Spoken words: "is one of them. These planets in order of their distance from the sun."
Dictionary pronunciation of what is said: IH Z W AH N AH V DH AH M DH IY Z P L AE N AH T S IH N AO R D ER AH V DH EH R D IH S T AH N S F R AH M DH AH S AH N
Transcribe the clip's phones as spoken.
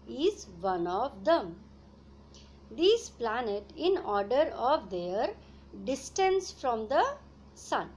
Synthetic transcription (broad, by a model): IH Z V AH N AH V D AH M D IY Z P L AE N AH T IH N AO R D ER AH V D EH R D IH S T AH N S F R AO M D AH S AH N